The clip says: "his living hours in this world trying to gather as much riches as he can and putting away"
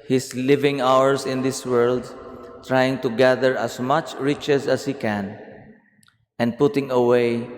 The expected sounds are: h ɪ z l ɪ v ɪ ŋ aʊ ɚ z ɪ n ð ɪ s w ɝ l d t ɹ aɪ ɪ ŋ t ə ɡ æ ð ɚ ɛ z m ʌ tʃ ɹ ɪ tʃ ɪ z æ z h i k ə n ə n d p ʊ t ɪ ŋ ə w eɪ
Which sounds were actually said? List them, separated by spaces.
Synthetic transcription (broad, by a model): h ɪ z l ɪ v ɪ ŋ aʊ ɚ s ɪ n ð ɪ s w ɝ l d t ɹ aɪ ɪ ŋ t ə ɡ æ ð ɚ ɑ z m ʌ tʃ ɹ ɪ tʃ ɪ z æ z h i k ə n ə n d p ʊ t ɪ ŋ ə w eɪ